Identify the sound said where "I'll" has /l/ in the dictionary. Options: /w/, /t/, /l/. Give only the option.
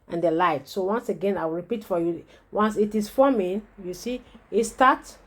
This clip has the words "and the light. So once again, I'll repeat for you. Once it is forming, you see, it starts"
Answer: /w/